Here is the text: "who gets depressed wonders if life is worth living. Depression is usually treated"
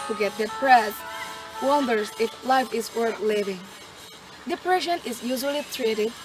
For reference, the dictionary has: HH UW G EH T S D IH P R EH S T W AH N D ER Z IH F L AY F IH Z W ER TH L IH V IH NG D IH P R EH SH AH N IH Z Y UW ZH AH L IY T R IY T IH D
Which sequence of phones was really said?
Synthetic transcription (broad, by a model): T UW G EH T D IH P R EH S W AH N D ER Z IH F L AY F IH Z W ER TH L IH V IH NG D IH P R EH SH AH N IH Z Y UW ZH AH L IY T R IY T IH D